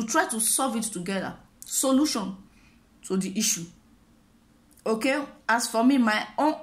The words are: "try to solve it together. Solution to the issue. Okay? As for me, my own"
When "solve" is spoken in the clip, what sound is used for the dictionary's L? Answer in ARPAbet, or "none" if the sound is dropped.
none